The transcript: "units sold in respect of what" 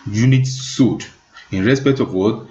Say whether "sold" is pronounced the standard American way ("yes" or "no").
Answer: no